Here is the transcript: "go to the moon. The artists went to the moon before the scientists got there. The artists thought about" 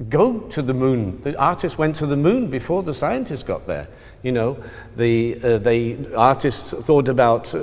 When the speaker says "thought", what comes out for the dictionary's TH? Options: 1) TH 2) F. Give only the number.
1